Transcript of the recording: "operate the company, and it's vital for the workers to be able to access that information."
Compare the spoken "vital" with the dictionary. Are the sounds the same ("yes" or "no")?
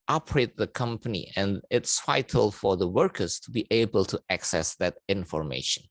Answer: no